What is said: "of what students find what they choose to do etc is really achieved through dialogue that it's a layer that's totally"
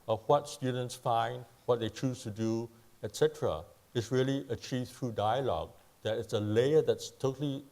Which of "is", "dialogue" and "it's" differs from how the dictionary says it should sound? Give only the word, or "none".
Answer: is